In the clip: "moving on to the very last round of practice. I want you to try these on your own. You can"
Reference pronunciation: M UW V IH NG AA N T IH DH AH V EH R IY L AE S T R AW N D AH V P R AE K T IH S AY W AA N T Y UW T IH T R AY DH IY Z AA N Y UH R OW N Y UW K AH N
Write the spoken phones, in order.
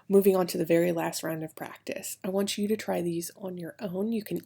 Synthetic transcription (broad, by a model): M UW V IH NG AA N T IH DH AH V EH R IY L AE S T R AW N D AH V P R AE K T IH S AY W AA N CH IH T IH T R AY DH IY Z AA N Y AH R OW N Y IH K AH N